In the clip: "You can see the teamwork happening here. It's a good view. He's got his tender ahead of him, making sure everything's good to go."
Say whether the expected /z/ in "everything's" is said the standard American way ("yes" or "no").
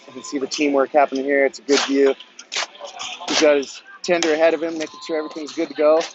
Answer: yes